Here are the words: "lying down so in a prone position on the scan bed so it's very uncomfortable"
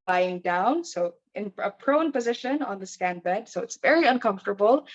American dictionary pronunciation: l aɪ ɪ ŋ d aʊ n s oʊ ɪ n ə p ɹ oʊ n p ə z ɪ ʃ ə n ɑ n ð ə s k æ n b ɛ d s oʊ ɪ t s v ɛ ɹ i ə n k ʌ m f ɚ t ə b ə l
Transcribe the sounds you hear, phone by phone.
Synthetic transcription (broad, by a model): l aɪ ɪ ŋ d aʊ n s oʊ ɪ n ə p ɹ oʊ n p ə z ɪ ʃ ə n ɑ n ð ə s k æ n b ɛ d s oʊ ɪ t s v ɛ ɹ i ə n k ʌ m f t ə b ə l